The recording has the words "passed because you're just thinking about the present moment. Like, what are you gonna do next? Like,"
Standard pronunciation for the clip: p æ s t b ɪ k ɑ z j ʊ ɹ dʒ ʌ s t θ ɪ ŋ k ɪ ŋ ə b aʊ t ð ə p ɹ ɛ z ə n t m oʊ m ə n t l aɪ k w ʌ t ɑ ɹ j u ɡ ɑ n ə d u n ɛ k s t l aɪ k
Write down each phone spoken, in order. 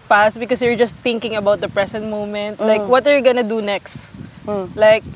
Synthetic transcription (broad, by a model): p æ s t b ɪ k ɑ s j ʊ ɹ dʒ ʌ s t θ ɪ ŋ k ɪ ŋ ə b aʊ t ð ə p ɹ ɛ s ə n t m oʊ m ə n t l aɪ k w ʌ t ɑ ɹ j u ɡ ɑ n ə d u n ɛ k s t l aɪ k